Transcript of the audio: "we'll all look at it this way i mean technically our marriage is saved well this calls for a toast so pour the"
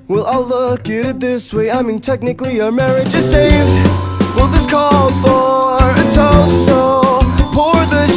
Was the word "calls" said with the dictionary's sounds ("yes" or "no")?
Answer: no